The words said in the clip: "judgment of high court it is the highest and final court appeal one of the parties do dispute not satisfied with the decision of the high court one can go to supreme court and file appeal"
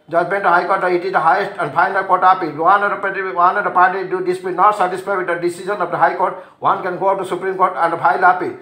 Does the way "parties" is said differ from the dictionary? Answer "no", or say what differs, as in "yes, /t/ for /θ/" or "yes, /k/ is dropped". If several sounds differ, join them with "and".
yes, /z/ is dropped